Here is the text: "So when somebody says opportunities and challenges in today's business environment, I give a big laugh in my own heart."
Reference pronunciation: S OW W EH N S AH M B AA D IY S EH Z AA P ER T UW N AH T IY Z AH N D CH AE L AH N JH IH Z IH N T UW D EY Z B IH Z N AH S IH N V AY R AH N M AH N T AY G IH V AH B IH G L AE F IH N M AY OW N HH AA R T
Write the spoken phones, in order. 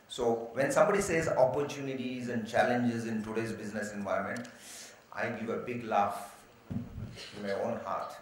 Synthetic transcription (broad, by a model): S OW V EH N S AH M B AA D IY S EH Z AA P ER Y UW N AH T IY Z AH N D CH AE L AH N JH IH Z IH N T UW D EY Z B IH Z N AH S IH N V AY AH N M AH N T AY G IH V AH B IH G L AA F IH N M AY OW N HH AA R T